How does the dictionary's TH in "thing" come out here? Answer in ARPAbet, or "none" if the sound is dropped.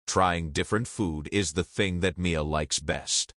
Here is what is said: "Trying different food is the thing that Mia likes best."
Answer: TH